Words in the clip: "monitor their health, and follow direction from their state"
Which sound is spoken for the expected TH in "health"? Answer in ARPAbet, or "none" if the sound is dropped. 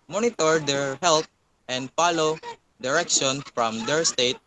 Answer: T